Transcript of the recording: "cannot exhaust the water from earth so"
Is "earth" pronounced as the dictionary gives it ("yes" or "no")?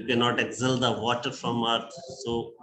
no